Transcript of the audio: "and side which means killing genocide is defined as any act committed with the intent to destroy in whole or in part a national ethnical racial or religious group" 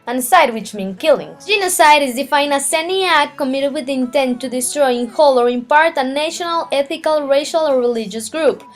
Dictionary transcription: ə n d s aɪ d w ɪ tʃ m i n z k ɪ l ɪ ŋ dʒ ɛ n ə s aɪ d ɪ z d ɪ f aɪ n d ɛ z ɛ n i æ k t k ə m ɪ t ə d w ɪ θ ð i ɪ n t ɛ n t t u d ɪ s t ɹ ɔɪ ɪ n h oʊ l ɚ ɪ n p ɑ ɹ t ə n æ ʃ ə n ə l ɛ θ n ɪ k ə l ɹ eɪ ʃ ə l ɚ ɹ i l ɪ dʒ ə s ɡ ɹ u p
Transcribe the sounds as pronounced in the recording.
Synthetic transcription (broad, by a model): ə n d s aɪ d w ɪ tʃ m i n k ɪ l ɪ ŋ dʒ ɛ n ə s aɪ d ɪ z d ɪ f aɪ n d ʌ s ɛ n i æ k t k ə m ɪ t ə d w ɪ ð i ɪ n t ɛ n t t u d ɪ s t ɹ ɔɪ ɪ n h oʊ l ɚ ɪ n p ɑ ɹ t ə n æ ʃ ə n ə l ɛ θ ɪ k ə l ɹ eɪ ʃ ə l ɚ ɹ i l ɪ dʒ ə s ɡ ɹ u p